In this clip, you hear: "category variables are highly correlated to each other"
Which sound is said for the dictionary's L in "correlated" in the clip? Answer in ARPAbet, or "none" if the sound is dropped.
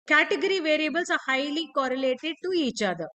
L